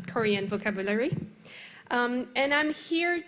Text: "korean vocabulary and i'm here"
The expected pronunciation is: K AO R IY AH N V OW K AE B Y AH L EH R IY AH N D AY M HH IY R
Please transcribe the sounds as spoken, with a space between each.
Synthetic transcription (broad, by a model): K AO R IY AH N V OW K AE B Y AH L EH R IY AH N AY M HH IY R